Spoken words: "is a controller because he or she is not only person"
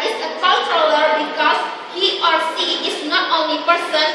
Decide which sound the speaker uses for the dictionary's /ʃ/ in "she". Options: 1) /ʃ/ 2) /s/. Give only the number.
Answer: 2